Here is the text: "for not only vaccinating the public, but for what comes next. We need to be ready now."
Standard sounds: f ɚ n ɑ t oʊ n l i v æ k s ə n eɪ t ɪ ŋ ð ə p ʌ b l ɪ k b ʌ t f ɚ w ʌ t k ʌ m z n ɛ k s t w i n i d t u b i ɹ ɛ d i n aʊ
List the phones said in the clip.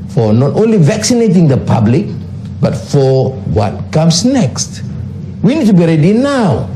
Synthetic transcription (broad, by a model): f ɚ n ɑ t oʊ n l i v æ k s ə n eɪ t ɪ ŋ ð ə p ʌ b l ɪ k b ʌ t f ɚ w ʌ t k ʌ m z n ɛ k s t w i n i d t u b i ɹ ɛ d i n aʊ